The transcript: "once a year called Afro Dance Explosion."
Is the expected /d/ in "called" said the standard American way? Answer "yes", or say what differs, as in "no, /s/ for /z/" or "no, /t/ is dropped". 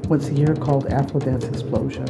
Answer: yes